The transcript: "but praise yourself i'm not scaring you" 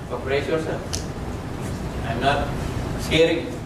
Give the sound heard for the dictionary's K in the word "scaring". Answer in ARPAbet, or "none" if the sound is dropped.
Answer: none